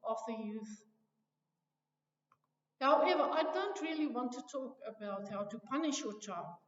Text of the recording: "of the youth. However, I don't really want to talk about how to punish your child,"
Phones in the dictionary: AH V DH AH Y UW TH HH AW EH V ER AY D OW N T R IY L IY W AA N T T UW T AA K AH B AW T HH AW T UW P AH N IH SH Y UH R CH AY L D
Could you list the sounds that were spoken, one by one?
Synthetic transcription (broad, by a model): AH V DH AH Y UW TH HH AW EH V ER AY D OW N T R IY L IY W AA N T T UW T AA K AH B AW T HH AW T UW P AH N IH SH Y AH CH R AY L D